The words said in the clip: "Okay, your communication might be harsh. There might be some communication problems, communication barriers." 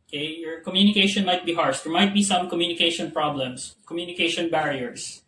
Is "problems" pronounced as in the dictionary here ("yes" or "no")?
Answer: no